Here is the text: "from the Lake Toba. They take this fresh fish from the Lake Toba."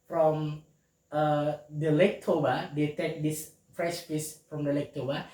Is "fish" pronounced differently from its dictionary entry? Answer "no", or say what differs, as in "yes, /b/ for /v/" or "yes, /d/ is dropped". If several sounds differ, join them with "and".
yes, /s/ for /ʃ/